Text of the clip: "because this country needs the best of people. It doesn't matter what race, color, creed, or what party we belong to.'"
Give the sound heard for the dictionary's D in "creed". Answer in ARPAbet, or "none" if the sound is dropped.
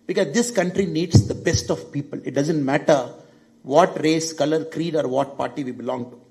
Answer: D